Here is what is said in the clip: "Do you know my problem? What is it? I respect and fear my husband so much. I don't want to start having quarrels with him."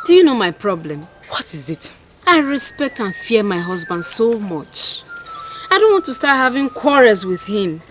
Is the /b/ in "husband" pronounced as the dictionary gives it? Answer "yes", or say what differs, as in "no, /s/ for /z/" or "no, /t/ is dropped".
yes